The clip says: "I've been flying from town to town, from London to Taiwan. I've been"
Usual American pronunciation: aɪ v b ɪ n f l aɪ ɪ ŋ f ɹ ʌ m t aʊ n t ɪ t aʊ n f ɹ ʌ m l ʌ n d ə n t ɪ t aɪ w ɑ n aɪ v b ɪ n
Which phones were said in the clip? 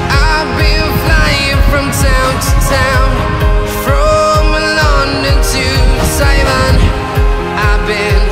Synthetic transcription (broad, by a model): aɪ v b ɪ n f l aɪ ɪ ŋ f ɹ ʌ m t aʊ n t ɪ t aʊ n f ɹ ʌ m l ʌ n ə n t ɪ s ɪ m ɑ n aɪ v b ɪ n